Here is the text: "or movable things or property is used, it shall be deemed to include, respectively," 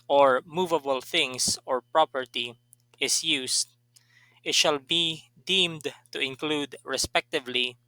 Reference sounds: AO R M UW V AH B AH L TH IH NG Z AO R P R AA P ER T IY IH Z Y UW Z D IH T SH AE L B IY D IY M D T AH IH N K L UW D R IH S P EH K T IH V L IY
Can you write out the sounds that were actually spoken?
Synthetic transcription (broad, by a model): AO R M UW V AH B AH L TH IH NG S AO R P R AA P ER T IY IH S Y UW S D IH T SH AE L B IY D IY M D T AH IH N K L UW D R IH S P EH K T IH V L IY